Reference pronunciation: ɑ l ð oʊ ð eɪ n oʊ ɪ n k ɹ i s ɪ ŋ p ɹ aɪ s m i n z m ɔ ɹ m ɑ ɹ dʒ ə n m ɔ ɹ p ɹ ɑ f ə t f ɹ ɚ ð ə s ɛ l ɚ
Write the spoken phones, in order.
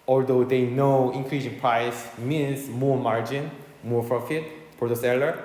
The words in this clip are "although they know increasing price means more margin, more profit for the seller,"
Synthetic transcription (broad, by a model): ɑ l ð oʊ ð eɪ n oʊ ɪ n k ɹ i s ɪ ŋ p ɹ aɪ s m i n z m ɔ ɹ m ɑ ɹ dʒ ə n m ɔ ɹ p ɹ ɑ f ə t p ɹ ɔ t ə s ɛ l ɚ